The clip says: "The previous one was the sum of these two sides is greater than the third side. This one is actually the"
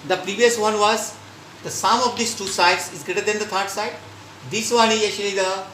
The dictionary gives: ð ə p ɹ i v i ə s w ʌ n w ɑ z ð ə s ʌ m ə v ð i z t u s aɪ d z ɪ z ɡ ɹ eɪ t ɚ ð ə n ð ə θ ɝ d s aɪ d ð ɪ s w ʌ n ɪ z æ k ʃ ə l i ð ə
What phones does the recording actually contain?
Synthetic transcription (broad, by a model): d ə p ɹ i v i ə s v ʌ n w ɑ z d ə s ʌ m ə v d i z t u s aɪ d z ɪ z ɡ ɹ eɪ t ɚ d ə n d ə t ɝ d s aɪ d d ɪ s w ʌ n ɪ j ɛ ʃ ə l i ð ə